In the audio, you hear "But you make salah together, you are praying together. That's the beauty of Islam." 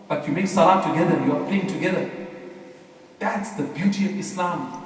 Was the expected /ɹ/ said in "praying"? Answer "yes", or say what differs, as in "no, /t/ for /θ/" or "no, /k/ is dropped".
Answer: no, /l/ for /ɹ/